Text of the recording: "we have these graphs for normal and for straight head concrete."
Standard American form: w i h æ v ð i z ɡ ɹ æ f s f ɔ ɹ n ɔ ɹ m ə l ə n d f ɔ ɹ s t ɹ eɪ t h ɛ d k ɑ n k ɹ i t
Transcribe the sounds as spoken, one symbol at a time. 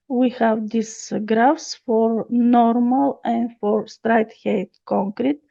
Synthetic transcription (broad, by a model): w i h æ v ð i s ɡ ɹ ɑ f s f ɔ ɹ n ɔ ɹ m ə l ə n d f ɔ ɹ s t ɹ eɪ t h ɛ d k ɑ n k ɹ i t